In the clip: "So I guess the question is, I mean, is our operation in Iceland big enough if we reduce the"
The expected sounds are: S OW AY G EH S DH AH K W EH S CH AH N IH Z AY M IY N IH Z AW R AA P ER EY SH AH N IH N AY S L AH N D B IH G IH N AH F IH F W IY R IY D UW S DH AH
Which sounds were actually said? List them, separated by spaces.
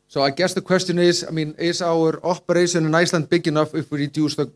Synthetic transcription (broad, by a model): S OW AY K EH S DH AH K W EH S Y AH N IH S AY M IY N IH S AW R AA P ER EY S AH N IH N AY S L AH N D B IH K IH N AH F IH F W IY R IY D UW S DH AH